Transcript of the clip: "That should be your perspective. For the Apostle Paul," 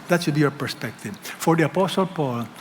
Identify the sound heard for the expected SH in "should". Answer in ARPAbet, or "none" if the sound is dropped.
S